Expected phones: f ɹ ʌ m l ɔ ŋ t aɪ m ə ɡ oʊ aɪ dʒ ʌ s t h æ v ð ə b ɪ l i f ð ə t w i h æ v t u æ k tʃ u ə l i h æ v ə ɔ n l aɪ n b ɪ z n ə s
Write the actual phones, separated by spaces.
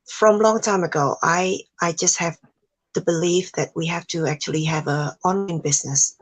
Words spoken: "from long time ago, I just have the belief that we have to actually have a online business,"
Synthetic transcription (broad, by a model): f ɹ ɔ m l ɔ ŋ t aɪ m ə ɡ oʊ aɪ dʒ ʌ s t h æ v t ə b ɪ l i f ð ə t w i h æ f t u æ k tʃ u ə l i h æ v ə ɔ n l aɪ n b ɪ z n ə s